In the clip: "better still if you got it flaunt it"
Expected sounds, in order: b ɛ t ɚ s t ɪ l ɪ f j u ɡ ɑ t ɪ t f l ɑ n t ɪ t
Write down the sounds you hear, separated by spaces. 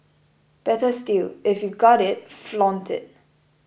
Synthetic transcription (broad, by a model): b ɛ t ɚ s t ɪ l ɪ f j u ɡ ɑ t ɪ t f l ɑ n t ɪ t